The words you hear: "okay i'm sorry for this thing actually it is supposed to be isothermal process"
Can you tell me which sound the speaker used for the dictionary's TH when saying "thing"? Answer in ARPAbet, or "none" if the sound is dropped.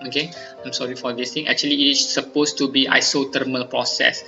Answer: T